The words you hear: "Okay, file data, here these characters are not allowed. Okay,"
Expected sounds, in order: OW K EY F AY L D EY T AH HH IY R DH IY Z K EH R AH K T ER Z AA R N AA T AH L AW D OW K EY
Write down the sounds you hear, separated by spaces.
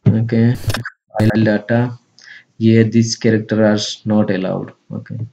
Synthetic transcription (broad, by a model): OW K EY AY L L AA T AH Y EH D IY S K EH R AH K T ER AA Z N AA T AH L AW D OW K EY